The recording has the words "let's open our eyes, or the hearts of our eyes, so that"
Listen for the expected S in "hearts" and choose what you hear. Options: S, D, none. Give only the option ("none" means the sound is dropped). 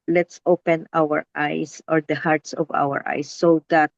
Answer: S